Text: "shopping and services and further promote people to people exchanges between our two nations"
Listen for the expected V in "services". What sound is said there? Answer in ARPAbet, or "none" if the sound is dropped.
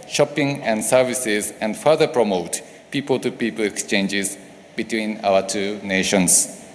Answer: V